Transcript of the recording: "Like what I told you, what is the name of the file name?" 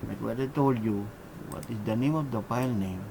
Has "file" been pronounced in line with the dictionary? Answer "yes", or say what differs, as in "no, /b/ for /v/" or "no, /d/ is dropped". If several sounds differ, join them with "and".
no, /p/ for /f/